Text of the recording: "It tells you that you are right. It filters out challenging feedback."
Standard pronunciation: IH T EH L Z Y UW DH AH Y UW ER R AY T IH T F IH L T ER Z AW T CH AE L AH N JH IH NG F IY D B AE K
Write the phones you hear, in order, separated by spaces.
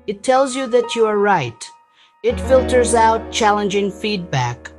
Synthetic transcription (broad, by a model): IH T EH L Z Y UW DH AH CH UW ER R AY T IH T F IH L T ER Z AW T CH AE L AH N JH IH NG F IY D B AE K